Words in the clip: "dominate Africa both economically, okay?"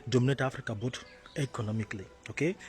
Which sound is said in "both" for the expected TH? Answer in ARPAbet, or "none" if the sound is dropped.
T